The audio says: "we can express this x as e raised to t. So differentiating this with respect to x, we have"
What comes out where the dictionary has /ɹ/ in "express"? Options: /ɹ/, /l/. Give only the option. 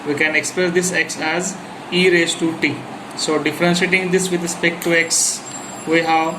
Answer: /l/